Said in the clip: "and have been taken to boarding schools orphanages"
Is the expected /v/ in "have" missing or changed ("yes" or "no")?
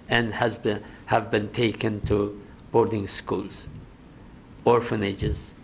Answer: no